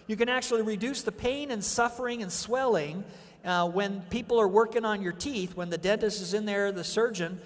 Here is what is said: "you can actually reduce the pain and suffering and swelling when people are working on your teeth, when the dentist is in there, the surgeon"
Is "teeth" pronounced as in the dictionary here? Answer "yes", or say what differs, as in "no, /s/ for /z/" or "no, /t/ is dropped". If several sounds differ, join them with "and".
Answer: yes